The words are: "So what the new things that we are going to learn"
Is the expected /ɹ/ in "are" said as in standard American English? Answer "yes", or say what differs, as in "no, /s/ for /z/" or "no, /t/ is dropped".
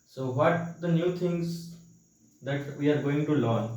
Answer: yes